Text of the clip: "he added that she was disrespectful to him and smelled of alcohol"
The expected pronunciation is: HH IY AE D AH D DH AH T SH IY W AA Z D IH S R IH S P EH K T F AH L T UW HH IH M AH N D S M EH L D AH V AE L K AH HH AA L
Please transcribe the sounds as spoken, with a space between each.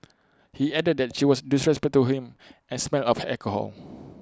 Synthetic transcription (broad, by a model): HH IY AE D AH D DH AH T SH IY W AA S D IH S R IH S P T AH T UW HH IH M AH N S M EH L AH F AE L K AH HH AA L